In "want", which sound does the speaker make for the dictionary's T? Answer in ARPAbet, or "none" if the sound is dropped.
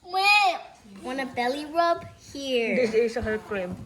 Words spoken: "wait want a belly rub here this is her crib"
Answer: none